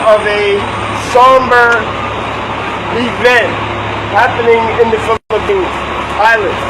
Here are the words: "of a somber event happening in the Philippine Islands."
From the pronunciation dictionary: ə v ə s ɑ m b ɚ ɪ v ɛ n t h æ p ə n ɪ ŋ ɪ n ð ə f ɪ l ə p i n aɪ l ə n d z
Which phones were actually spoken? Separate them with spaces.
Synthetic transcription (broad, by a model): ə v ə s ɑ m b ɚ ɪ v ɛ n t h æ p ə n ɪ ŋ ɪ n ð ə f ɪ l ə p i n aɪ l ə n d